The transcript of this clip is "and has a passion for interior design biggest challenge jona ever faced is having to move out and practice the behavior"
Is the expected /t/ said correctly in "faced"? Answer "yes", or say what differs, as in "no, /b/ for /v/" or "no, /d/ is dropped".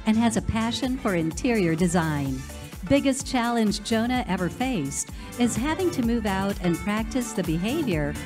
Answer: yes